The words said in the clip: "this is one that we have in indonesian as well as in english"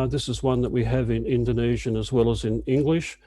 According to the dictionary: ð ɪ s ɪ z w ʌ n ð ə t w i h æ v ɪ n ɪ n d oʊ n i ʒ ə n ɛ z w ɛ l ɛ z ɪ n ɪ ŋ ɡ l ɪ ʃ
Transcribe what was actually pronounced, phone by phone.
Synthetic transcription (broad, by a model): ð ɪ s ɪ z w ʌ n ð ə t w i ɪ v ɪ n ɪ n d oʊ n i ʒ ə n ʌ z w ɛ l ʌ z ɪ n ɪ ŋ ɡ l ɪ ʃ